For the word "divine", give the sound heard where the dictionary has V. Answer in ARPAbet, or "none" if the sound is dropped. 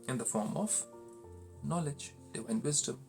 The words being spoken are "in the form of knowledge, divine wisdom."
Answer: W